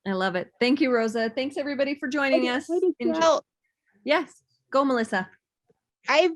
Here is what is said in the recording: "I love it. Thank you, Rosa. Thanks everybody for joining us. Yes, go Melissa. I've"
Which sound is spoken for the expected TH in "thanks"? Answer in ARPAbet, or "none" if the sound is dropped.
TH